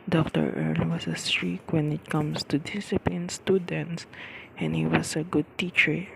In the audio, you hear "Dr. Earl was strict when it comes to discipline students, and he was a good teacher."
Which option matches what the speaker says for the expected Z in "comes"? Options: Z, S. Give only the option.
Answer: S